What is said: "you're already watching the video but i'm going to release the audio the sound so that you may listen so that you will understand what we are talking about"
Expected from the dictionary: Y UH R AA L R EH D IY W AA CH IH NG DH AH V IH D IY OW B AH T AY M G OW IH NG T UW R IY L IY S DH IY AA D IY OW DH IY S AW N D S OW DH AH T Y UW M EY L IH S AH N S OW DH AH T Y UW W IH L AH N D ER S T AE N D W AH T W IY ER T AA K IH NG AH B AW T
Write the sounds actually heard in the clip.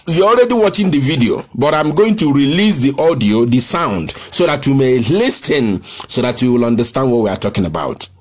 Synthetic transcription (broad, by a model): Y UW AA L R EH D IY W AA CH IH NG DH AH V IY D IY OW B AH T AY M G OW IH NG T UW R IY L IY S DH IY AA D IY OW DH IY S AW N D S OW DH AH T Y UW M EY L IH S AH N S OW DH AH T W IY W IH L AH N D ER S T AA N D W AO T W IY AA T AA K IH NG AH B AW T